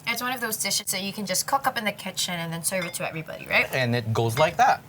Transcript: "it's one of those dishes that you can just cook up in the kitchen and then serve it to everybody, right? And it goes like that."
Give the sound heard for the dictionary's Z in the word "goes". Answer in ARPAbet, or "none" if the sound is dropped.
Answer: Z